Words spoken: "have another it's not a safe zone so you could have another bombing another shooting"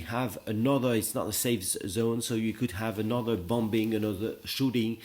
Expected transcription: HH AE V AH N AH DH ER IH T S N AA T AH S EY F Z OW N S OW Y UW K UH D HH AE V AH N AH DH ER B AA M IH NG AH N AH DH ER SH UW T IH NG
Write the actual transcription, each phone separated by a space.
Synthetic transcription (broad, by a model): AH V AH N AH DH ER IH T S N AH T AH S EY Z Z OW N S OW Y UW K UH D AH V AH N AH DH ER B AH M IH NG AH N AH DH ER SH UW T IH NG